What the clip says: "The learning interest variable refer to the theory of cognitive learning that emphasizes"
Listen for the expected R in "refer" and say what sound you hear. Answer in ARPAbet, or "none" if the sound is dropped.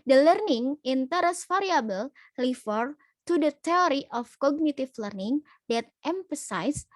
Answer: L